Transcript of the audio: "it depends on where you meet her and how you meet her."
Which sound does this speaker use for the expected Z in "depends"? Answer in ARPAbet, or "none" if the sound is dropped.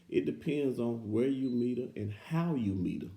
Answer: Z